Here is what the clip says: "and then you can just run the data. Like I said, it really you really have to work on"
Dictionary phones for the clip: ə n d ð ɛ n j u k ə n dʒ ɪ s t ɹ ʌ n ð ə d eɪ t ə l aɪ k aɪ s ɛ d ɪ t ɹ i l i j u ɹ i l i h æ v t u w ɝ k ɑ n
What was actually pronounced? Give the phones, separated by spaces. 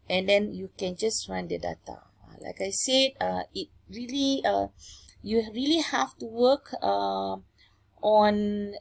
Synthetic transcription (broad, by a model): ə n d ɛ n j u k ə n dʒ ɪ s t ɹ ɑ n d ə d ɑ t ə l aɪ k aɪ s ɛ d ɪ t ɹ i l i j u ɹ i l i h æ f t u w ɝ k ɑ n